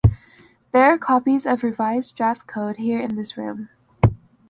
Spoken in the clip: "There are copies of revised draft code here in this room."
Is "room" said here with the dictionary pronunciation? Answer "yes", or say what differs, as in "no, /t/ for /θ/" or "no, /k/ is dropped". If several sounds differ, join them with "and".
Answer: yes